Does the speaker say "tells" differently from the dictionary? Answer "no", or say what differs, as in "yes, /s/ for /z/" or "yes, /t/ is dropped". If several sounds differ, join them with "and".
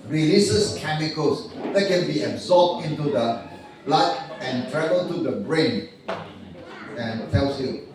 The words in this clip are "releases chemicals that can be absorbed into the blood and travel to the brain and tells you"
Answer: yes, /s/ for /z/